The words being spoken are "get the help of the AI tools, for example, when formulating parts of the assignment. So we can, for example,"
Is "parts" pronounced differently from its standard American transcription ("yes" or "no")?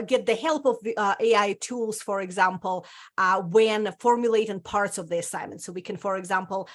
no